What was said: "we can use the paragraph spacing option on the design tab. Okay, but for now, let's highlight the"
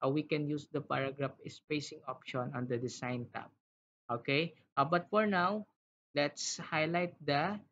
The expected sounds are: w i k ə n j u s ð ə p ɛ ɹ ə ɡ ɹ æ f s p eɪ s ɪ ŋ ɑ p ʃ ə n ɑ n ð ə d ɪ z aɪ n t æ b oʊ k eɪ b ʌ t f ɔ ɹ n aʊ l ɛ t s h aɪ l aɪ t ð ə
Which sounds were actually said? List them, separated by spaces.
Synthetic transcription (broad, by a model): w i k ə n j u s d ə p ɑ ɹ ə ɡ ɹ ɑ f s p eɪ s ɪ ŋ ɑ p ʃ ə n ɑ n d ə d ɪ s aɪ n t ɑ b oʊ k eɪ b ʌ t f ɔ ɹ n aʊ l ɛ t s h aɪ l aɪ t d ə